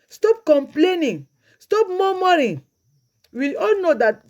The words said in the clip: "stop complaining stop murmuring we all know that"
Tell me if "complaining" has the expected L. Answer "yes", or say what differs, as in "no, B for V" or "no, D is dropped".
yes